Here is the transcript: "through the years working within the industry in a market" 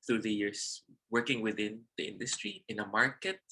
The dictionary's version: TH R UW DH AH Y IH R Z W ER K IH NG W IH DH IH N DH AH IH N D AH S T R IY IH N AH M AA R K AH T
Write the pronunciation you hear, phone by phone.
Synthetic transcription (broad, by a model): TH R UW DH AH Y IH R S W ER K IH NG W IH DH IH N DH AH IH N D AH S T R IY IH N AH M AA R K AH T